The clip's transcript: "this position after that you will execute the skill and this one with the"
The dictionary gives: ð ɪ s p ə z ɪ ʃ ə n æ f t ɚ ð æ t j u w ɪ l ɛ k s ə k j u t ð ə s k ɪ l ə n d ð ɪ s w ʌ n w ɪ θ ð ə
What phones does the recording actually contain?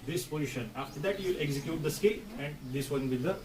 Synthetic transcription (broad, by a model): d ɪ s p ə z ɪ ʃ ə n æ f t ɚ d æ t j u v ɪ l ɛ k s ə k j u t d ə s k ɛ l ə n d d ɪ s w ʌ n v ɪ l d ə